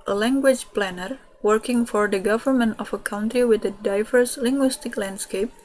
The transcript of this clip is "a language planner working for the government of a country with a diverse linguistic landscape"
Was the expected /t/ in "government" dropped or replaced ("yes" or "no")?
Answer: no